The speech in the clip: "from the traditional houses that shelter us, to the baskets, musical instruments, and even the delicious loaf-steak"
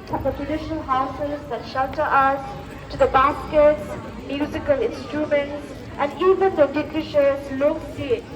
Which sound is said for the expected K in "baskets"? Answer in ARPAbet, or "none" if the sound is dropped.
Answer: K